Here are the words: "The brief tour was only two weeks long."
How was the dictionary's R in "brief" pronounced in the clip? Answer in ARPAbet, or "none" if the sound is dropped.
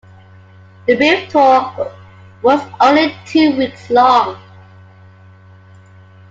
none